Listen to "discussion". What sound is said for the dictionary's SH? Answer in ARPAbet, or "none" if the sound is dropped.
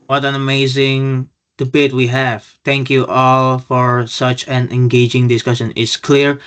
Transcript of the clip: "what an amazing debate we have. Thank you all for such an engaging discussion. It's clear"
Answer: SH